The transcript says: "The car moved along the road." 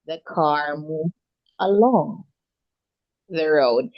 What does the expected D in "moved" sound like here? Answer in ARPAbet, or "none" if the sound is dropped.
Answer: none